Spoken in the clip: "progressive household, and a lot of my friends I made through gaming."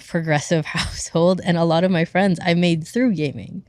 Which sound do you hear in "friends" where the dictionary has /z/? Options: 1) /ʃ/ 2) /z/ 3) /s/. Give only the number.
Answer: 2